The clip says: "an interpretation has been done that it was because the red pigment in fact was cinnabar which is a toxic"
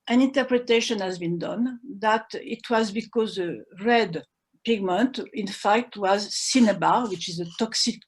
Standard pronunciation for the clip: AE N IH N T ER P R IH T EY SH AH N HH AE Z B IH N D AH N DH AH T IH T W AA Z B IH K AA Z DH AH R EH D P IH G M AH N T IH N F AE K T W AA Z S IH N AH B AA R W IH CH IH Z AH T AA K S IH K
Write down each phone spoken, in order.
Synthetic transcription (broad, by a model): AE N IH N T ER P R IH T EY SH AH N HH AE Z B IH N D AH N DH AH T IH T W AA Z B IH K AA Z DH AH R EH D P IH G M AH N T IH N F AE K T W AA Z S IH N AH B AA W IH CH IH Z AH T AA K S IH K